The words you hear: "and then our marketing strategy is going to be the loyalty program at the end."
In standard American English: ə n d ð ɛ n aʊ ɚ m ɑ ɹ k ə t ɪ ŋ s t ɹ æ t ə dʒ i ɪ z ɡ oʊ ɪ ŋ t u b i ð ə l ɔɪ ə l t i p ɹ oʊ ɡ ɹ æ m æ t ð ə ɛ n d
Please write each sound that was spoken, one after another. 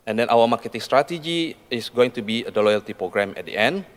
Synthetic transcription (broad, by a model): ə n d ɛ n aʊ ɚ m ɑ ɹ k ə t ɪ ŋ s t ɹ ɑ t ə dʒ i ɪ s ɡ oʊ ɪ ŋ t u b i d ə l ɔɪ ə l t i p ɹ oʊ ɡ ɹ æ m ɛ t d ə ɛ n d